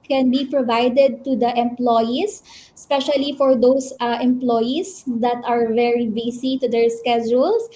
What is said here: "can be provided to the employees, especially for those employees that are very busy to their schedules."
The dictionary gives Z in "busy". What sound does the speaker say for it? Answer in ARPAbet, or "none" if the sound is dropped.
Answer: S